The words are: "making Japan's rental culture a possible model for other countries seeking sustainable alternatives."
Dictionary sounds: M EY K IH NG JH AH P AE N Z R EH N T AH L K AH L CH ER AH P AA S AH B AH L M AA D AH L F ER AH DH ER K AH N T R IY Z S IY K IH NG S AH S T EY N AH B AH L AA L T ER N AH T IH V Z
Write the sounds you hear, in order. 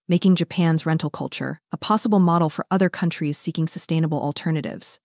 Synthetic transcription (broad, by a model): M EY K IH NG JH AH P AE N Z R EH N T L K AH L CH ER AH P AA S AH B L M AA D L F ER AH DH ER K AH N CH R IY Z S IY K IH NG S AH S T EY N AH B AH L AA L T ER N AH T IH V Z